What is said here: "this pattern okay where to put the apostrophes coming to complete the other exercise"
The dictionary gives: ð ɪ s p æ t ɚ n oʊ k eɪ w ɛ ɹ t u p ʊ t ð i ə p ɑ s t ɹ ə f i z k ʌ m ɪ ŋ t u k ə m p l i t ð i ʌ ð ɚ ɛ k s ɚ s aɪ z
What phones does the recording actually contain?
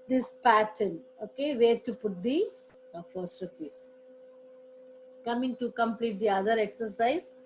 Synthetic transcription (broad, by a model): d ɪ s p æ t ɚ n oʊ k eɪ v ɛ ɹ t u p ʊ t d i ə f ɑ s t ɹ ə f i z k ʌ m ɪ ŋ t u k ə m p l i t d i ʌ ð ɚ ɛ k s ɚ s aɪ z